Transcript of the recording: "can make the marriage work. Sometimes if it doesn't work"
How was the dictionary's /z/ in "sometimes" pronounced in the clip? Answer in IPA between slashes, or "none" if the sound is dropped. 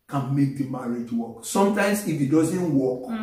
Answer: /s/